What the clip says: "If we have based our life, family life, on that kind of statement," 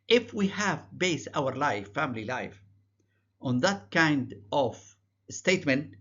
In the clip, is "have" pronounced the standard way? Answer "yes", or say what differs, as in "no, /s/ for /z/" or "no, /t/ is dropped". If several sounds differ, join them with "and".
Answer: yes